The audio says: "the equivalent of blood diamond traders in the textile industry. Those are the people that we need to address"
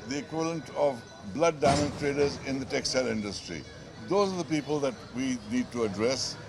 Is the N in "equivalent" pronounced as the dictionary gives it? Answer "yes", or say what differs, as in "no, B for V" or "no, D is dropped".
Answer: yes